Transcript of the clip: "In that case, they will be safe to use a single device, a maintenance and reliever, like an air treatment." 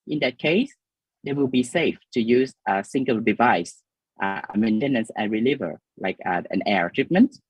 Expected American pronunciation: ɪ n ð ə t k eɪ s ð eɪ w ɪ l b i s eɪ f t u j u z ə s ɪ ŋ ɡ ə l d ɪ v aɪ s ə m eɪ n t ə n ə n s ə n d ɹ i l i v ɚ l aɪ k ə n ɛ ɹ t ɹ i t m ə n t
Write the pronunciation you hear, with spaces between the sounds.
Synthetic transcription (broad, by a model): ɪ n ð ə t k eɪ s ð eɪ w ɪ l b i s eɪ f t u j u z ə s ɪ ŋ ɡ ə l d ɪ v aɪ s ə m eɪ n t ə n ə n s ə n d ɹ i l i v ɚ l aɪ k ə n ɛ ɹ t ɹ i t m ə n t